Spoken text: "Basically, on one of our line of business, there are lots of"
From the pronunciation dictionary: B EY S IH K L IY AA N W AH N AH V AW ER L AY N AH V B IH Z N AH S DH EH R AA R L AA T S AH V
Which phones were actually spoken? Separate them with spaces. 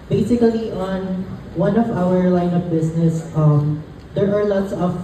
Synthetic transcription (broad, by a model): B EY S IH K L IY AA N W AH N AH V AW ER L AY N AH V B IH S N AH S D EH R AA R L AA T S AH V